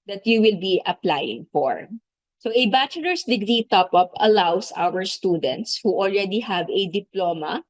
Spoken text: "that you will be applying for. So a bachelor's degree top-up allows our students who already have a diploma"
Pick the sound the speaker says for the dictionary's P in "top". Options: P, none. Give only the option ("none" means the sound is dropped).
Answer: P